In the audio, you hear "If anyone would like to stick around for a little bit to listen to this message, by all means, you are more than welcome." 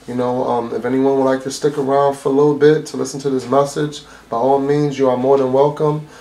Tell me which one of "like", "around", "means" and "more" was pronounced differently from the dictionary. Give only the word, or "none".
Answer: none